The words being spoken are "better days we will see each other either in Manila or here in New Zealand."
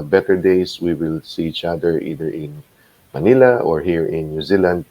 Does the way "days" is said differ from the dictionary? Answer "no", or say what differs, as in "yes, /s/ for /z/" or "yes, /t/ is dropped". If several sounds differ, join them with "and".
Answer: yes, /s/ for /z/